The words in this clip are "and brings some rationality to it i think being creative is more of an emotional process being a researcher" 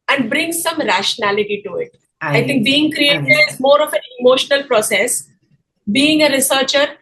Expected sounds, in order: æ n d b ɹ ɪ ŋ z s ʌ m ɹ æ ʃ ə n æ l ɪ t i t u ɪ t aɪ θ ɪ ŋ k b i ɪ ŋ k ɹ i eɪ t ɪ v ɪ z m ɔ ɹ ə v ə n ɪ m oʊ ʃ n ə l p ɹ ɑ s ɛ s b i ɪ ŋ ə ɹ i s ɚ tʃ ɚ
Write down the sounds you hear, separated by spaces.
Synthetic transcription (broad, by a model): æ n d b ɹ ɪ ŋ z s ʌ m ɹ æ ʃ ə n æ l ɪ t i t u ɪ t aɪ t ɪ ŋ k b i ɪ ŋ k ɹ i eɪ t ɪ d ɪ z m ɔ ɹ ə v ə n ɪ m oʊ ʃ n ə l p ɹ ɑ s ɛ s b i ɪ ŋ ə ɹ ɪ s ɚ tʃ ɚ